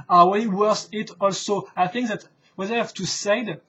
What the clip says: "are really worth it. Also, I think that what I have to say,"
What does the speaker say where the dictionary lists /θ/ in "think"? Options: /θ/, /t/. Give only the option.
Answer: /θ/